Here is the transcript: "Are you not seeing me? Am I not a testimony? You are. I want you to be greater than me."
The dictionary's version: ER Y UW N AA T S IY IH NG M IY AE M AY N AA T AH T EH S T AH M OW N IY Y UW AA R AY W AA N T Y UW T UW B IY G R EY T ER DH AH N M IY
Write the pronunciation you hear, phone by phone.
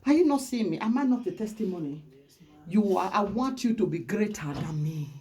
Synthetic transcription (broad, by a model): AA Y UW N AA T S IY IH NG M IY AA M AY N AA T AH T EH S T AH M OW N IY Y UW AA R AY W AA N T Y UW T UW B IY G R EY T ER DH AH N M IY